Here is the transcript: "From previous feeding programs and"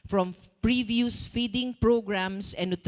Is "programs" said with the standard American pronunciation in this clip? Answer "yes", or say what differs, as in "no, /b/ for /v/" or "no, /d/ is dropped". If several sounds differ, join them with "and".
no, /s/ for /z/